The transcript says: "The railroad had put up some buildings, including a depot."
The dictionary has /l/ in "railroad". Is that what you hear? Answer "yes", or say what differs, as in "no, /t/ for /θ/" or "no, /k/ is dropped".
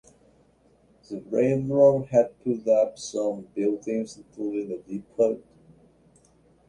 no, /n/ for /l/